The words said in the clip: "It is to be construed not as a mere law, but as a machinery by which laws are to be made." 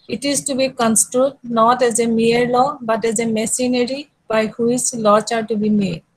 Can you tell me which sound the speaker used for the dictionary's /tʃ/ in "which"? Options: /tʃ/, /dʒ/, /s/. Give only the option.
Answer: /s/